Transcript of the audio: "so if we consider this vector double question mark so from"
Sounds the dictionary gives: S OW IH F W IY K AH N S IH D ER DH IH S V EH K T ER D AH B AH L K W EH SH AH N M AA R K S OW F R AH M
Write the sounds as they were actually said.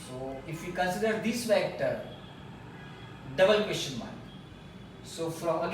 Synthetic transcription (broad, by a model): S OW IH F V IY K AH N S IH D ER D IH S F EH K T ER D AH B AH L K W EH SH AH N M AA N S OW F R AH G